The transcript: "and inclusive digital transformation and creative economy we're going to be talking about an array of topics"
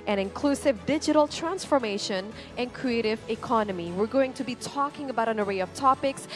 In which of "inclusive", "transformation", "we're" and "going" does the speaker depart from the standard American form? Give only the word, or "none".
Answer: none